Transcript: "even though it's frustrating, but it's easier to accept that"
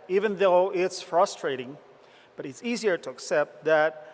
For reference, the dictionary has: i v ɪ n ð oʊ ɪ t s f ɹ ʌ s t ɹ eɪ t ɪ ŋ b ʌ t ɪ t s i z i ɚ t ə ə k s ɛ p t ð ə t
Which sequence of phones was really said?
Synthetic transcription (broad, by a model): i v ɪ n ð oʊ ɪ t s f ɹ ʌ s t ɹ eɪ t ɪ ŋ b ʌ t ɪ t s i z i ɚ t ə ə k s ɛ p t ð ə t